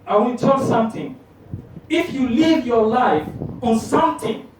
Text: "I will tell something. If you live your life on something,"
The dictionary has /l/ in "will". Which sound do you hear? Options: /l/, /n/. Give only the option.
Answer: /n/